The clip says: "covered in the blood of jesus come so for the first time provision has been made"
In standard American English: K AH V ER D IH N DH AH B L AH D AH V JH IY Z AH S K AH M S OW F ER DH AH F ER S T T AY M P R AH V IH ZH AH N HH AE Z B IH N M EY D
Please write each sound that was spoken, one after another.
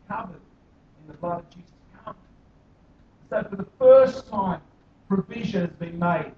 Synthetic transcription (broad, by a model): K AH V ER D IH N DH AH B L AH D AH V JH IY Z AH S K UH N S OW F ER DH AH F ER S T T AY M P R AH V IH ZH AH N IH Z B IH N M EY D